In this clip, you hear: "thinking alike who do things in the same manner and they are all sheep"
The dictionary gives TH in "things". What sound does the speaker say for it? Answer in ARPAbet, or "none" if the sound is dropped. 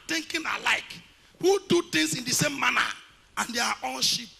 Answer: T